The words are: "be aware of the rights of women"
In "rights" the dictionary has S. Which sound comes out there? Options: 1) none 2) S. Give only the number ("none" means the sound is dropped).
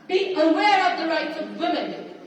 2